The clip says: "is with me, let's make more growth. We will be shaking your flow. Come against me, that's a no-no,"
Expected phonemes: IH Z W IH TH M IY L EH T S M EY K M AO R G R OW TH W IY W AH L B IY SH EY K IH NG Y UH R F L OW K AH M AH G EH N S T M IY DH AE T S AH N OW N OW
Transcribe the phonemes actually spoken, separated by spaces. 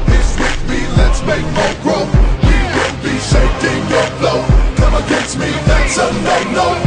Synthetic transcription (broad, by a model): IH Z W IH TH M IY L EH T S M EY K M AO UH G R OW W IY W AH N B IY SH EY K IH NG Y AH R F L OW K AH M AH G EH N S M IY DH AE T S AH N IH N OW